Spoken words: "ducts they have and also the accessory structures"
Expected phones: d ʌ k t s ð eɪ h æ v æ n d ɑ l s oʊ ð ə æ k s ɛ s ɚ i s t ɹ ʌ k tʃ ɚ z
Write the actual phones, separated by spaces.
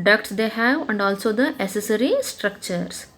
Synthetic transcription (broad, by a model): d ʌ k t s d eɪ h æ v æ n d ɑ l s oʊ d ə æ s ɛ s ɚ i s t ɹ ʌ k tʃ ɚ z